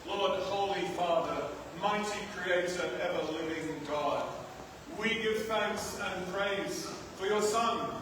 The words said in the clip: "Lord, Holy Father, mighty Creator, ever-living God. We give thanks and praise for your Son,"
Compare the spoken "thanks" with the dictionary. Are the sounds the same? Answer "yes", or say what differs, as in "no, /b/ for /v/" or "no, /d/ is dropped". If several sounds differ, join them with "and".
yes